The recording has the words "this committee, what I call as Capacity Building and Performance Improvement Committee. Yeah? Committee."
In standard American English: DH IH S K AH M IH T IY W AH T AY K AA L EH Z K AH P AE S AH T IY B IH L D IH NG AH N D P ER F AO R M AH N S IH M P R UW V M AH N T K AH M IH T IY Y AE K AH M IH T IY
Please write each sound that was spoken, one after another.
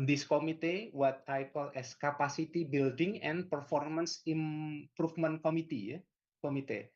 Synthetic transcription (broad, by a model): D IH S K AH M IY T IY W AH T AY K AA L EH S K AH P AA S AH T IY B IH L D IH NG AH N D P ER F AO R M AH N S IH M P R UW F M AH N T K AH M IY T IY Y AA K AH M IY T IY